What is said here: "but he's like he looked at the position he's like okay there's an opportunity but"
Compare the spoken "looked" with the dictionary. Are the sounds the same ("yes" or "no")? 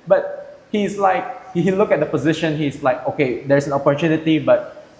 no